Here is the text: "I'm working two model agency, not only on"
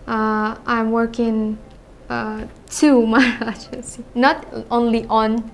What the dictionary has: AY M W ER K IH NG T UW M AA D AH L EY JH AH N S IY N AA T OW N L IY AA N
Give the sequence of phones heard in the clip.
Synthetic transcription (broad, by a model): AY M W ER K IH NG T UW M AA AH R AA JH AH S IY N AA T OW N L IY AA N